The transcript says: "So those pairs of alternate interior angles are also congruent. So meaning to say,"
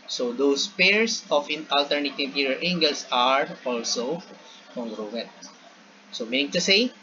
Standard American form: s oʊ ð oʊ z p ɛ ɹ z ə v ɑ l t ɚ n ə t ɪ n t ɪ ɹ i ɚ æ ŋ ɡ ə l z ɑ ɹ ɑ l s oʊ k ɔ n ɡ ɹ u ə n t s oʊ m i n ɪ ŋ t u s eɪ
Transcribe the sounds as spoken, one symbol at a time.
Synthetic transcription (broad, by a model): s oʊ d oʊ s p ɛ ɹ s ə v ɑ l t ɚ n ə t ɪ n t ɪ ɹ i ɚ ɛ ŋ ɡ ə l s ɑ ɹ ɑ l s oʊ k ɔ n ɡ ɹ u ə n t s oʊ m i n ɪ ŋ t u s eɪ